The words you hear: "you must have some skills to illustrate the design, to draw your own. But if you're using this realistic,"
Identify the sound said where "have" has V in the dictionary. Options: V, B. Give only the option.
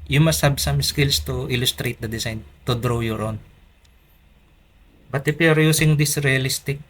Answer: B